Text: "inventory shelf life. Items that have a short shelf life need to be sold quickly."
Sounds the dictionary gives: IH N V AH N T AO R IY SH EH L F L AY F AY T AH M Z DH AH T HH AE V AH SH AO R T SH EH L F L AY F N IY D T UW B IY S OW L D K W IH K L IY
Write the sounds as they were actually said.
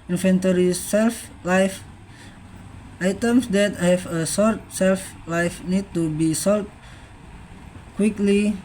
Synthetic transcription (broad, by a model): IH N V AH N T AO R IY S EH L F L AY F AY T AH M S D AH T HH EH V AH S AO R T S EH L F L AY F N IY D T UW B IY S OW L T K W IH K L IY